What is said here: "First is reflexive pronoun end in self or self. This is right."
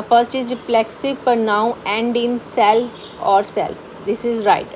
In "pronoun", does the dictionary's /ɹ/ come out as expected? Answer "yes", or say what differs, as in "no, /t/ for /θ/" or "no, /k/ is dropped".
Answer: no, /ɹ/ is dropped